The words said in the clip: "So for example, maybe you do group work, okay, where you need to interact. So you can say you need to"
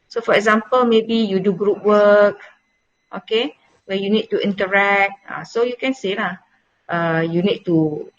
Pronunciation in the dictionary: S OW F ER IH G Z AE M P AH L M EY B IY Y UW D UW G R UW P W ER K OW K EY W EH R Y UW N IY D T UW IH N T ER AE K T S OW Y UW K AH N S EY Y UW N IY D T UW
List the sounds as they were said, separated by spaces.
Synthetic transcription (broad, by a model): S OW F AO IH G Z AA M P AH L M EY B IY Y UW D UW G R UW P W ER K OW K EY W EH Y UW N IY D T UW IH N T ER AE K T S OW Y UW K AH N S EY Y UW N IY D T UW